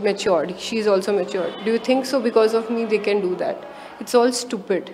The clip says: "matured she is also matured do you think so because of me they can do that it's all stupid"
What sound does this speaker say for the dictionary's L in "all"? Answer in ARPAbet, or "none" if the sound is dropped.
L